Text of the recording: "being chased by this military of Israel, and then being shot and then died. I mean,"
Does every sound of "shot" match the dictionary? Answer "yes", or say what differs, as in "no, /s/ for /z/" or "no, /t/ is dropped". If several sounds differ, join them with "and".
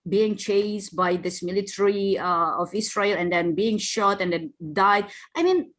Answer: yes